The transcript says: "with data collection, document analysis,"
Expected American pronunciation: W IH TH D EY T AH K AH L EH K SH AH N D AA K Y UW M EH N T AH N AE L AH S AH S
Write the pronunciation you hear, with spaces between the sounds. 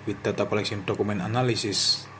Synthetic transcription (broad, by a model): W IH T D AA T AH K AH L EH K S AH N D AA K UW M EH N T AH N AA L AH S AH S